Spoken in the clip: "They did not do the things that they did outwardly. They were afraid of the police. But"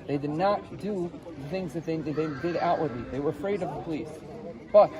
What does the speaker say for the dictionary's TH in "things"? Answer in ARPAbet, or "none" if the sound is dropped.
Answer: TH